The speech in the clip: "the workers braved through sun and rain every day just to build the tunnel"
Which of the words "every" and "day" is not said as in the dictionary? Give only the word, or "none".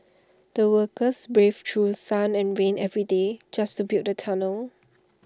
none